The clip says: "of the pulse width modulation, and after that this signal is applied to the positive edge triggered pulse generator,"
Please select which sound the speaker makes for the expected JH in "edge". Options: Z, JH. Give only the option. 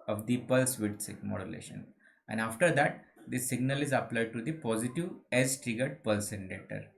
Z